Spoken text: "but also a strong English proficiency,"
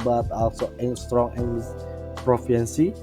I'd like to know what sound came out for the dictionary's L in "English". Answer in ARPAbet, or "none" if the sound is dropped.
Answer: none